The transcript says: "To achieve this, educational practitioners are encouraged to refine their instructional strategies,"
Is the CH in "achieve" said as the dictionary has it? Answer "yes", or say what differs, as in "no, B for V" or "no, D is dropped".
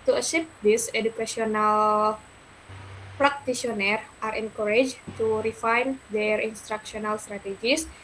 no, SH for CH